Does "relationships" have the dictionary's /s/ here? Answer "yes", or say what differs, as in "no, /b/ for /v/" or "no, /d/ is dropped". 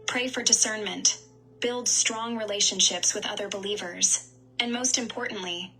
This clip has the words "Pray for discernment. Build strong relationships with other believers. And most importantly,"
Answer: yes